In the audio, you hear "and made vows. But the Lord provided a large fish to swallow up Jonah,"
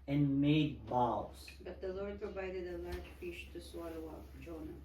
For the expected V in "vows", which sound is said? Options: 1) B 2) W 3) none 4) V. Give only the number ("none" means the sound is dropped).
1